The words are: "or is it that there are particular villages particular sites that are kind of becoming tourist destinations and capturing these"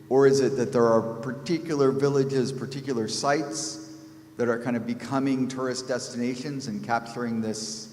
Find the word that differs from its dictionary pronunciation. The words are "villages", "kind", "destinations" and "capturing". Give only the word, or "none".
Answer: none